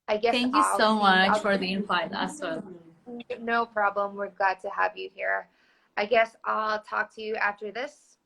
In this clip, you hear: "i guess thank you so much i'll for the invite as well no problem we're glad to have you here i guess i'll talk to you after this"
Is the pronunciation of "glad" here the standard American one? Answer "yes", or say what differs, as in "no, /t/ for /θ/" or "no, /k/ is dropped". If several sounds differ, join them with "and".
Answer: no, /l/ is dropped